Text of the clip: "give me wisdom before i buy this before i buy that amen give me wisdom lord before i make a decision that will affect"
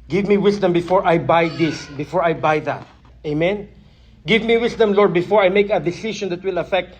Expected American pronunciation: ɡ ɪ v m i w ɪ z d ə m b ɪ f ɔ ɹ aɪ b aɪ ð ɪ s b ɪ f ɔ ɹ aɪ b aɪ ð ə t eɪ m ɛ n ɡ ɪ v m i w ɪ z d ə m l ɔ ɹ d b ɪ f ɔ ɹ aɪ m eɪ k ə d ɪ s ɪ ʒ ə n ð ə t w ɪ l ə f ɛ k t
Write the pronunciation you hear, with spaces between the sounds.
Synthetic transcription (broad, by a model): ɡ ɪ v m i w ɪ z d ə m b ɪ f ɔ ɹ aɪ b aɪ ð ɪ s b ɪ f ɔ ɹ aɪ b aɪ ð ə t eɪ m ɛ n ɡ ɪ v m i w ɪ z d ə m l ɔ ɹ d b ɪ f ɔ ɹ aɪ m eɪ k ə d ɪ s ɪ ʃ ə n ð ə t w ɪ l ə f ɛ k t